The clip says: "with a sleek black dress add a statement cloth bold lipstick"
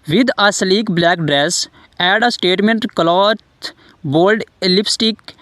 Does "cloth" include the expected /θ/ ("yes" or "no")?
no